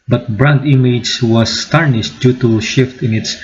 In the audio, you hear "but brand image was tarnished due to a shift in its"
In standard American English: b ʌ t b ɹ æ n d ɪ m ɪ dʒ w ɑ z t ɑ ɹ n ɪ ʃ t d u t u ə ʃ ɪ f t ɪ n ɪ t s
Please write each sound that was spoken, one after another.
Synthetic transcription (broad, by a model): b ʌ t b ɹ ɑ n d ɪ m ɪ dʒ w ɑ s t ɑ ɹ n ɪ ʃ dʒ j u t u ʃ ɪ f t ɪ n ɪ t s